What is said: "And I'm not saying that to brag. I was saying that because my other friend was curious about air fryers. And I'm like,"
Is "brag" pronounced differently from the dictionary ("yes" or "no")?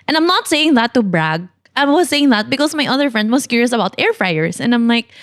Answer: no